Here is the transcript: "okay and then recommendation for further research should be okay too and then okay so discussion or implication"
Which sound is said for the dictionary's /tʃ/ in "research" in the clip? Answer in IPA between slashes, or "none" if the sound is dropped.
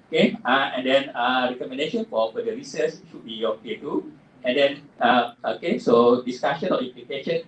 /s/